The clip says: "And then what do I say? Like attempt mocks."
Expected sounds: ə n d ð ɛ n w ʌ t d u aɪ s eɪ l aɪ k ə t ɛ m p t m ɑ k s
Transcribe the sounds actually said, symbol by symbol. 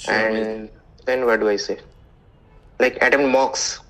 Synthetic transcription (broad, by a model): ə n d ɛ n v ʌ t d u aɪ s eɪ l aɪ k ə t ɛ m t m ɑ k s